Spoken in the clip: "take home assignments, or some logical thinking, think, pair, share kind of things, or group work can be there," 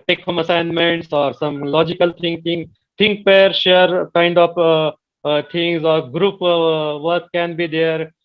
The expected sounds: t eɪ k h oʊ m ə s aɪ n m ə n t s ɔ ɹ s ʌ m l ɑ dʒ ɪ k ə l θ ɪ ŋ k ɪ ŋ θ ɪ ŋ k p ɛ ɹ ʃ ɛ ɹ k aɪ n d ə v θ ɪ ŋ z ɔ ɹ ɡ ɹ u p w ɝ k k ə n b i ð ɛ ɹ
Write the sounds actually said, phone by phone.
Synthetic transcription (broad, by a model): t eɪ k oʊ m ə s aɪ n m ə n t s ɔ ɹ s ʌ m l ɑ dʒ ɪ k ə l t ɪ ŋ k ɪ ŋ t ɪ ŋ k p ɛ ɹ ʃ ɛ ɹ k aɪ n d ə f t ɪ ŋ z ɔ ɹ ɡ ɹ u p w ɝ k k ə n b i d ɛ ɹ